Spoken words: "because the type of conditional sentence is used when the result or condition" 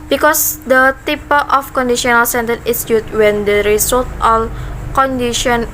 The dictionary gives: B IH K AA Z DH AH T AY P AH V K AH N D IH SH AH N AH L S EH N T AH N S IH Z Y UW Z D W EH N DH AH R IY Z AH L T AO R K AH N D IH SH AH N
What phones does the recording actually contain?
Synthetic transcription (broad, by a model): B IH K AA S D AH T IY P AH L K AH N D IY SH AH N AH L S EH N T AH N IH S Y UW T W EH N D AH R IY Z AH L T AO L K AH N D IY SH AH N